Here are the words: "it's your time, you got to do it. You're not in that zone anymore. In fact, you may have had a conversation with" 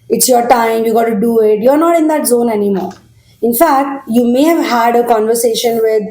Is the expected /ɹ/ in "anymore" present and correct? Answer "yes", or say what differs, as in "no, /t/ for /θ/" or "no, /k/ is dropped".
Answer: yes